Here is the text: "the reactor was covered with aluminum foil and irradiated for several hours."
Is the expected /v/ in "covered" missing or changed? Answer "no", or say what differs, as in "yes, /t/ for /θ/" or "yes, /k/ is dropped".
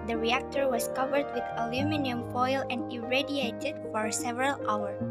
no